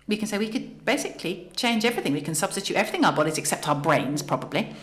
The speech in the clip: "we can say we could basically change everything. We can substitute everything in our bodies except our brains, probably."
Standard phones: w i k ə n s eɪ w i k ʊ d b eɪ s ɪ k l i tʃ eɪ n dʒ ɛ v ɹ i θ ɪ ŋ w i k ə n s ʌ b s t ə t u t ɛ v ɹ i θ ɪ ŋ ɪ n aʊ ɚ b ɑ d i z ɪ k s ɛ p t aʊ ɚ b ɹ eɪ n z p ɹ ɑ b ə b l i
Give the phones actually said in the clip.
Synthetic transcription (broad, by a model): w i k ə n s eɪ w i k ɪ d b eɪ s ɪ k l i tʃ eɪ n dʒ ɛ v ɹ i θ ɪ ŋ w i k ə n s ʌ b s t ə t u t ɛ v ɹ i θ ɪ ŋ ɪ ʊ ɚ b ɑ d i z ɪ k s ɛ p t aʊ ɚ b ɹ eɪ n z p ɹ ɑ b ə b l i